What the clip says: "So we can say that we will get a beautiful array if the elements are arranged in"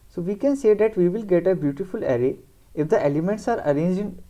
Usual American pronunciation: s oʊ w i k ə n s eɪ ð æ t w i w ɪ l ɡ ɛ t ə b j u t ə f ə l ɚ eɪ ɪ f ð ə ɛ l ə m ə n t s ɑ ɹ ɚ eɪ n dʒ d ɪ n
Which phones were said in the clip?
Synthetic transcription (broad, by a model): s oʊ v i k ə n s eɪ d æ t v i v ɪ l ɡ ɛ t ə b j u t ə f ə l ɚ eɪ ɪ f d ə ɛ l ə m ə n t s ɑ ɹ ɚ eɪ n dʒ ɪ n